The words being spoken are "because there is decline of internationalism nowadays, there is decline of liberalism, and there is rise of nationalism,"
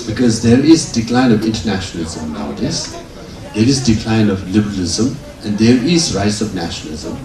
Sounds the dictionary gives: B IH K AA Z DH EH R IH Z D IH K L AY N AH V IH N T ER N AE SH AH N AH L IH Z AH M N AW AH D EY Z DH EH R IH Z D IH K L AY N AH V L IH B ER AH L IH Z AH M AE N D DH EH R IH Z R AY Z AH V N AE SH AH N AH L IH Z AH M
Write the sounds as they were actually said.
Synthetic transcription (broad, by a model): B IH K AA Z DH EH R IH Z D IH K L AY N AH V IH N T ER N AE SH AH N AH L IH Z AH M N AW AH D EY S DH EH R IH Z D IH K L AY N AH V L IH B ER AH L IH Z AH M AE N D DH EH R IH Z R AY S AH V N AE SH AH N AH L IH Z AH M